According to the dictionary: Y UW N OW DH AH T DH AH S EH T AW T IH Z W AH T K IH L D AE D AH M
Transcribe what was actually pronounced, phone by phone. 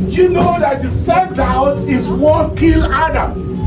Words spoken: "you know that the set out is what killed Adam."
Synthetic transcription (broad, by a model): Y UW N OW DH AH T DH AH S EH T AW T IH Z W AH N K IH L AA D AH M